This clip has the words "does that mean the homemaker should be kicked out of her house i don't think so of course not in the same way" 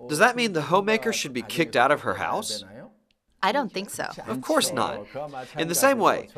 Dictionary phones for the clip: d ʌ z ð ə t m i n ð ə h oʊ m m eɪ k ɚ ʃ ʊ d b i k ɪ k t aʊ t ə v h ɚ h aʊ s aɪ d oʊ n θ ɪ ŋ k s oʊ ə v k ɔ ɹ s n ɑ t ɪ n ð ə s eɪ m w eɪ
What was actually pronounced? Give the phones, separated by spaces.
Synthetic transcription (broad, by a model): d ʌ z ð ə t m i n ð ə h oʊ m m eɪ k ɚ ʃ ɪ d b i k ɪ k t aʊ t ə v ɚ h aʊ s aɪ d oʊ n θ ɪ ŋ k s oʊ ə v k ɔ ɹ s n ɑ t ɪ n ð ə s eɪ m w eɪ